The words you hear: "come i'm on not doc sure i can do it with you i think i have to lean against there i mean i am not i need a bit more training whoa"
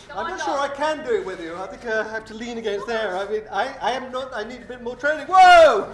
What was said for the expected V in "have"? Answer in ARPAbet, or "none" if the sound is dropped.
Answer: F